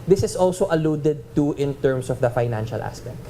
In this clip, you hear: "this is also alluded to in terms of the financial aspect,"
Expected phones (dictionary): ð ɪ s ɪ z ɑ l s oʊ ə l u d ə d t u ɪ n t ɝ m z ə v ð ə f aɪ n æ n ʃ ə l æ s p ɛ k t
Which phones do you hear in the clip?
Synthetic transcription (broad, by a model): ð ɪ s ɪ s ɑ l s oʊ ə l u d ə d t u ɪ n t ɝ m s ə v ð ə f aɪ n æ n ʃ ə l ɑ s p ɛ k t